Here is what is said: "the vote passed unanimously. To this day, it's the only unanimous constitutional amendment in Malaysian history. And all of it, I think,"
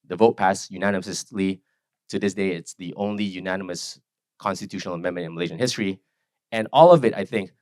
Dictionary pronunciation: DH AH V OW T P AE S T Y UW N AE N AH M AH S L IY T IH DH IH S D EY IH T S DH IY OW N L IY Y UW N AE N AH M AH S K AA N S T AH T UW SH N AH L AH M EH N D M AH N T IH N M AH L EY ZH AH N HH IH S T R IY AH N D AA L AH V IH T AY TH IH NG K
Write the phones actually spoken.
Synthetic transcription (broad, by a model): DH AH V OW T P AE S Y UW N AE N AH M AH S L IY T IH DH IH S D EY IH T S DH IY OW N L IY Y UW N AE N AH M AH S K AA N S T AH T UW SH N L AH M EH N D M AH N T IH N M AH L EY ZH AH N HH IH S T R IY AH N AA L AH V IH T AY TH IH NG K